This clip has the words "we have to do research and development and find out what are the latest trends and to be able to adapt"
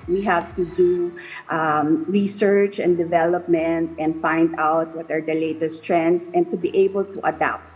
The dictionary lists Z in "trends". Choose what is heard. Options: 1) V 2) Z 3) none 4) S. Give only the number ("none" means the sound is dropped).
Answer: 4